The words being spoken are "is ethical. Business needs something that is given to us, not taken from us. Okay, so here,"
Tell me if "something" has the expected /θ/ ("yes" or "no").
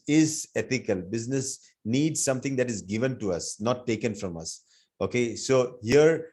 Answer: no